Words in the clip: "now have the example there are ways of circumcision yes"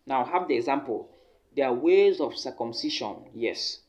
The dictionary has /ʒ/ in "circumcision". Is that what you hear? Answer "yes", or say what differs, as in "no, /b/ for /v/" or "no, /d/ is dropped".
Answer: no, /ʃ/ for /ʒ/